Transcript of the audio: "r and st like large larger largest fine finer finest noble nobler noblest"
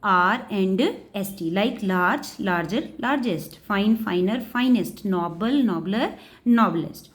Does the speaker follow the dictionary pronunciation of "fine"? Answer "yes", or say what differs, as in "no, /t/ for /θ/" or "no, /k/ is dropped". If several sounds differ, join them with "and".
yes